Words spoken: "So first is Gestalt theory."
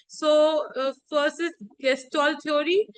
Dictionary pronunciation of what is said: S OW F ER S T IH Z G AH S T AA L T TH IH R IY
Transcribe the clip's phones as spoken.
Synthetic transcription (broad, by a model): S OW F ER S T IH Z G AH S T AA L T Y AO R IY